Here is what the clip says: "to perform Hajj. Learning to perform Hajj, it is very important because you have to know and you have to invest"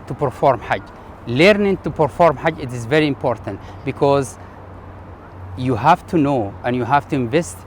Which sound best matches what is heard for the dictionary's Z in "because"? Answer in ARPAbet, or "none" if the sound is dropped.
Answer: Z